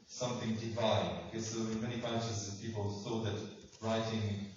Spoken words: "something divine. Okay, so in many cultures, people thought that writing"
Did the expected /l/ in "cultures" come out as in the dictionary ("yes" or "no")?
no